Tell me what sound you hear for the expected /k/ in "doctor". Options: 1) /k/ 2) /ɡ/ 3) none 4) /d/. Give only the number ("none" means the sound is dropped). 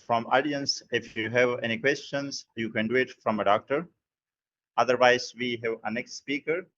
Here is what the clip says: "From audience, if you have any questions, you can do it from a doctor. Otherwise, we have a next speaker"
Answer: 1